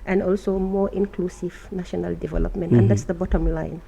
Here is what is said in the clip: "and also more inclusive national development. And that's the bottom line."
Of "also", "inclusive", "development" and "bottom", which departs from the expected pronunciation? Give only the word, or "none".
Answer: none